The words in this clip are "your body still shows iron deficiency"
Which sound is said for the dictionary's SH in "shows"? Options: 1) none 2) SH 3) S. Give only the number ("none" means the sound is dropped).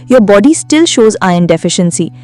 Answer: 2